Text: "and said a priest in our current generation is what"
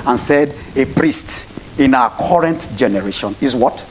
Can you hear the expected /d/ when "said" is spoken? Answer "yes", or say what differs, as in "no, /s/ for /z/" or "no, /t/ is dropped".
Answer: yes